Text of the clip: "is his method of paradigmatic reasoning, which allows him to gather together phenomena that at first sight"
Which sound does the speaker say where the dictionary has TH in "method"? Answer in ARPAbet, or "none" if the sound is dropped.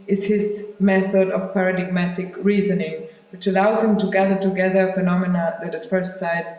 TH